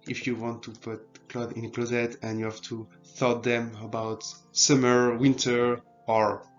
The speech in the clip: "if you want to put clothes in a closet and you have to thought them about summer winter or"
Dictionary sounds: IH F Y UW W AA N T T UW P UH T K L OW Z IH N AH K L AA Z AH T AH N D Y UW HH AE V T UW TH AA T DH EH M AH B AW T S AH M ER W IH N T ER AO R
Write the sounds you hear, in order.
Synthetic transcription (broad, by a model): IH F Y UW W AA N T T UW P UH T K L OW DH IH N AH K L AA Z AH T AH N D Y UW HH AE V T UW TH AA T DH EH M AH B AW T S AH M ER W IH N T ER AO R